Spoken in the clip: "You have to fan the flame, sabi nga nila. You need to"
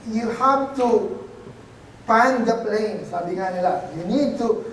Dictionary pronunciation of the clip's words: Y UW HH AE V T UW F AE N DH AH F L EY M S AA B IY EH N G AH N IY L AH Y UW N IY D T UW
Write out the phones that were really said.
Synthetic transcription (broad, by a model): Y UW HH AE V T UW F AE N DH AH P L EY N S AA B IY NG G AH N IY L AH Y UW N IY D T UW